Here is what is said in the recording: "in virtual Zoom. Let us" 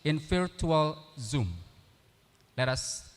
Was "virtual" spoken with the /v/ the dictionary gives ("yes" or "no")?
no